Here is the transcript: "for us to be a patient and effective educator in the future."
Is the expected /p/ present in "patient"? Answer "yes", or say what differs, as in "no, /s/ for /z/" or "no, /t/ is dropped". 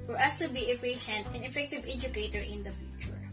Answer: no, /f/ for /p/